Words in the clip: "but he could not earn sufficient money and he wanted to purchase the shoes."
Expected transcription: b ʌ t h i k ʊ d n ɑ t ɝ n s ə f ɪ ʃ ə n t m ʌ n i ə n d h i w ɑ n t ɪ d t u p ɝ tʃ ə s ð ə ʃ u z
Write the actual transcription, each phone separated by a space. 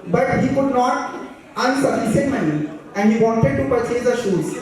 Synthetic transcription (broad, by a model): b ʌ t h i k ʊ d n ɑ t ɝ n s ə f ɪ s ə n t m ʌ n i ə n d h i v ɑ n t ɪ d t u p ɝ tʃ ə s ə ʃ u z